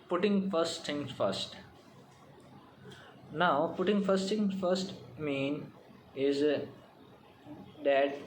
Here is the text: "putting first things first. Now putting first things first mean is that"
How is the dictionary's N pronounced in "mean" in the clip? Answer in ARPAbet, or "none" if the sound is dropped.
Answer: N